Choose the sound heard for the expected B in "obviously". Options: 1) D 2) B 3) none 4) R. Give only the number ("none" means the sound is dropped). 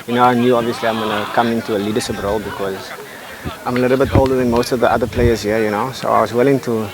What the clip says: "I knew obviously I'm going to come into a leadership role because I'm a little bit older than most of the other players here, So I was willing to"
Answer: 2